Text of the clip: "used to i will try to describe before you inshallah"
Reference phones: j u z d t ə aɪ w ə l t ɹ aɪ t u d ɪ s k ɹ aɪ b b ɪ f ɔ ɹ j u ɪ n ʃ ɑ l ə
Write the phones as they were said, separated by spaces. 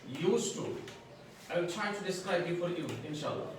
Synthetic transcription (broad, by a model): j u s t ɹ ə aɪ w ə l t ɹ aɪ t u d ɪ s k aɪ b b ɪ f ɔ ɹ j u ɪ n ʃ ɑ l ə